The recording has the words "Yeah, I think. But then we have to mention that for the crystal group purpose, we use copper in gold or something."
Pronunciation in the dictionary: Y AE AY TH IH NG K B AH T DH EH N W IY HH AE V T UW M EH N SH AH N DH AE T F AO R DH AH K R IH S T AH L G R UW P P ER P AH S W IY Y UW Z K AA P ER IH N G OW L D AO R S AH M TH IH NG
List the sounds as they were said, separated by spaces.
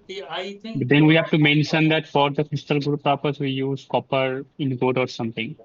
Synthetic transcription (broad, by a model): B AH T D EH N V IY HH AE V T UW M EH N SH AH N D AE T F AO R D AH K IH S T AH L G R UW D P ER P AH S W IY Y UW Z K AA P ER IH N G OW D AO R S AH M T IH NG